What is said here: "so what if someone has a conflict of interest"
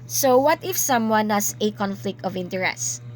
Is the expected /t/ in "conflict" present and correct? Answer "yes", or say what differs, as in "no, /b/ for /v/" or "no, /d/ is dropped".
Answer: yes